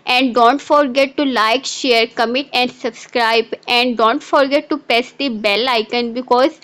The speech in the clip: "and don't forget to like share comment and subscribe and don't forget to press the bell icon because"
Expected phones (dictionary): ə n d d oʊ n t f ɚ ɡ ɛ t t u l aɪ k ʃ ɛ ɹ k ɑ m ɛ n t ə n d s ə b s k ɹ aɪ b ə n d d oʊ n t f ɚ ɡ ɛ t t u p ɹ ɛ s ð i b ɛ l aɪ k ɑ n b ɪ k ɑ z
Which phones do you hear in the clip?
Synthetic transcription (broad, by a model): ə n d d oʊ n t f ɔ ɡ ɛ t t u l aɪ k ʃ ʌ ɹ k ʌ m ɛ t ə n d s ə b s k ɹ aɪ b ə n d d oʊ n t f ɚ ɡ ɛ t t u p ɛ s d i b ɛ l aɪ k ɑ n b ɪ k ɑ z